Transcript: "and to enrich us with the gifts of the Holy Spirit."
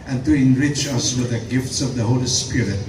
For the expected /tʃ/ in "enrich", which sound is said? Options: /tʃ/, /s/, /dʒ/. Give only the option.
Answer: /tʃ/